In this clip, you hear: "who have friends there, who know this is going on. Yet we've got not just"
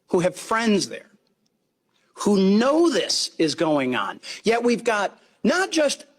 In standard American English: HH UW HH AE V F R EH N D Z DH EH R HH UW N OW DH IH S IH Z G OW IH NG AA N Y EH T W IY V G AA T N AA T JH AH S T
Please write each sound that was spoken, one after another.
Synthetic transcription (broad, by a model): HH UW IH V F R EH N D Z DH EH R HH UW N OW DH IH S IH Z G OW IH NG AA N Y EH T W IY V G AA T N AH T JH AH S T